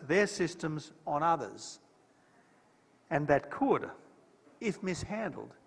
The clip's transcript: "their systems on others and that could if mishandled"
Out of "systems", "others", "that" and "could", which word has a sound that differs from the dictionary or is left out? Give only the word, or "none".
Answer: none